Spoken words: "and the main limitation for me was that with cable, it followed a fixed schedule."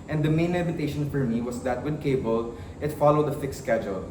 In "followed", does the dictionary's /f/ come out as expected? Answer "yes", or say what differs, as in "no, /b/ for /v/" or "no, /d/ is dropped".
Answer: yes